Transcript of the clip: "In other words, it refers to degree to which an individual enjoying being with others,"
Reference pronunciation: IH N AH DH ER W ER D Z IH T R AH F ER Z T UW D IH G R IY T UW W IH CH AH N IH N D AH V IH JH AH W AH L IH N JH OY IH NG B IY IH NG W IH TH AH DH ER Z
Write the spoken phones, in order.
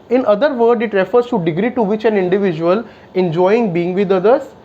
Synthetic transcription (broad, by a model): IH N AH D ER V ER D IH T R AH F ER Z T UW D IH G R IY T UW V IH CH AH N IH N D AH V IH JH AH AH L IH N JH OY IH NG B IY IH NG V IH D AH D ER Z